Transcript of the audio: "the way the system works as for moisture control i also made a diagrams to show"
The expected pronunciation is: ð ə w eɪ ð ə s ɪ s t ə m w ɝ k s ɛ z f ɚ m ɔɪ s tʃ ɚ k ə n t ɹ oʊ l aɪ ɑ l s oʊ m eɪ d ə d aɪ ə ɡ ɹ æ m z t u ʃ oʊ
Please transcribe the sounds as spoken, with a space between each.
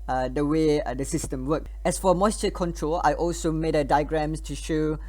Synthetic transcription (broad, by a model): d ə w eɪ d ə s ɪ s t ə m w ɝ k ɛ s f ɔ m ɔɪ s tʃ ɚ k ə n t ɹ oʊ l aɪ ɑ l s oʊ m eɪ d ə d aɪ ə ɡ ɹ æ m s t u ʃ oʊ